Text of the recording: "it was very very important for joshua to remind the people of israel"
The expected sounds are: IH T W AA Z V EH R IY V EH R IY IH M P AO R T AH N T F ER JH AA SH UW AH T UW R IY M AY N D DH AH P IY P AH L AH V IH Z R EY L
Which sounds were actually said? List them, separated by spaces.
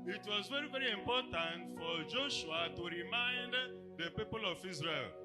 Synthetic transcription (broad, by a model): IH T W AA Z V EH R IY V EH R IY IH M P AO T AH N T F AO JH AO SH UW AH T UW R IY M AY N D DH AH P IY P AH L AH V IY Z R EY L